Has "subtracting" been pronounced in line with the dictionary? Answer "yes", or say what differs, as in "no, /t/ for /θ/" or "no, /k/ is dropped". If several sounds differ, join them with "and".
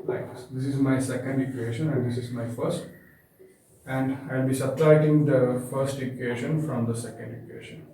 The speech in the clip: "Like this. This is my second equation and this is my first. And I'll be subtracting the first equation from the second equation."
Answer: no, /k/ is dropped